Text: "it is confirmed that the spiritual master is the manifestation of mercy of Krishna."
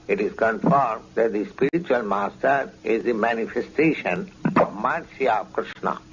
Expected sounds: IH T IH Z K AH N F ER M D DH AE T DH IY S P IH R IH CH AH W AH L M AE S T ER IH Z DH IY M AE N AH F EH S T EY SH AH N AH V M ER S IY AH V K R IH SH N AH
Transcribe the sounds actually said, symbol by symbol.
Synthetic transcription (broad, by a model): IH T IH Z K AH N F ER M D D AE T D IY S P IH R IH CH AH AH L M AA S T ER IH Z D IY M AE N AH F EH S T EY SH AH N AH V M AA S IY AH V K R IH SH N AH